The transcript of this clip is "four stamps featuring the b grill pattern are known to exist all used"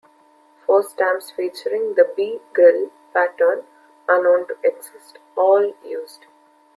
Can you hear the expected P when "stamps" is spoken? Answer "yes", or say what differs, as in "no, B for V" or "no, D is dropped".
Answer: no, P is dropped